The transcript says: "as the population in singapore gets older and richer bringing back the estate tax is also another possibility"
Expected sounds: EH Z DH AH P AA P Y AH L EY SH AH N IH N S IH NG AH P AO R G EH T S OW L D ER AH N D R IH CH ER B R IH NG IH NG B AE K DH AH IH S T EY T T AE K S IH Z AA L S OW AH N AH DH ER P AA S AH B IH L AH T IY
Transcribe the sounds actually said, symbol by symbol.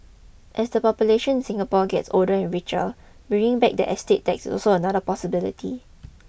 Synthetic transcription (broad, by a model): EH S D AH P AA P Y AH L EY SH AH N N S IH NG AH P AO G EH T S OW L D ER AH N R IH CH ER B IY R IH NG B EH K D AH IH S T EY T T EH K S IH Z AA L S OW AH N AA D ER P AA S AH B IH L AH T IY